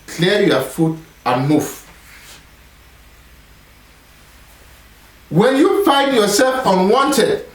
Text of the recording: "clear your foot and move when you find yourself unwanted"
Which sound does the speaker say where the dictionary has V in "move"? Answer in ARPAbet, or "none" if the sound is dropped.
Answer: F